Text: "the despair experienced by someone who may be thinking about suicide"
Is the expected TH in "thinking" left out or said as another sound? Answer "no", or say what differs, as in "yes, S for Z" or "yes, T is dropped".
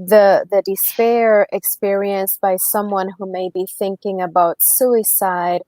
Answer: no